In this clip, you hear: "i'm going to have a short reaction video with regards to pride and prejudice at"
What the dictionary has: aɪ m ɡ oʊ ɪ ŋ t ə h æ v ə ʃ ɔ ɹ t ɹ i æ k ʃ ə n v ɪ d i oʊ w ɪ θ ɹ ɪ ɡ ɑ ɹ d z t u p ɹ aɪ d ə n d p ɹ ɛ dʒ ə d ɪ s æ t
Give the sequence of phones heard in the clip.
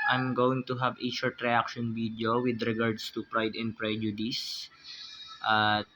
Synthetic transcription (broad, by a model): aɪ m ɡ oʊ ɪ ŋ t ə h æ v ə ʃ ɔ ɹ t ɹ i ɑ k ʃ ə n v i d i oʊ w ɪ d ɹ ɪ ɡ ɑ ɹ d s t u p ɹ aɪ d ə n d p ɹ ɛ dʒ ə d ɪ s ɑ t